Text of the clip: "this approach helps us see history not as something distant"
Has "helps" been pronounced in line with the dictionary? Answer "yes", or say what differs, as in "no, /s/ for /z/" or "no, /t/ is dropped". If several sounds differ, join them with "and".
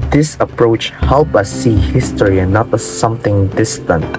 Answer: no, /s/ is dropped